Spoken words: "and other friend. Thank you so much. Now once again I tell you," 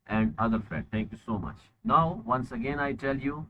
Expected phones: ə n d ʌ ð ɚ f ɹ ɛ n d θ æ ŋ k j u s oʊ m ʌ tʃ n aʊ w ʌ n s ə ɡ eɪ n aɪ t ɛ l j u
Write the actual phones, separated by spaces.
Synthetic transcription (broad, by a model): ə n d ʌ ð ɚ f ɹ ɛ d t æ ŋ k j u s oʊ m ʌ tʃ n aʊ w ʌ n s ə ɡ eɪ n aɪ t ɛ l j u